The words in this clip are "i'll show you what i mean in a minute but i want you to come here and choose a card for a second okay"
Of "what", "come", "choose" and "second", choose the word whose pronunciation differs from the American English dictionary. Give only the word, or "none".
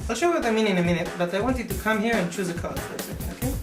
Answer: second